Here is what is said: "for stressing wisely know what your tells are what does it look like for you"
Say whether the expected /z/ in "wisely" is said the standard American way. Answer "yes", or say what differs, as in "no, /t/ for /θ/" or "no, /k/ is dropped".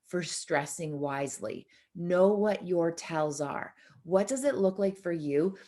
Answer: yes